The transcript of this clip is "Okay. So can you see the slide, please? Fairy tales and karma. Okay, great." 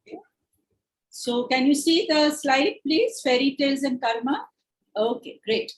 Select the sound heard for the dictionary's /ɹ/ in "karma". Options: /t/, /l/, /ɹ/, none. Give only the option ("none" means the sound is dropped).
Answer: /l/